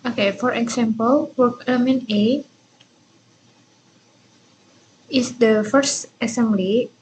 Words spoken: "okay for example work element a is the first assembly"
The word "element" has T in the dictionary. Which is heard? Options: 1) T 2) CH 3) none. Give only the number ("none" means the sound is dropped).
3